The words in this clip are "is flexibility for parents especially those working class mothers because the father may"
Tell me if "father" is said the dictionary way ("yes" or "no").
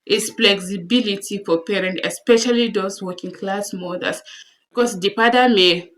no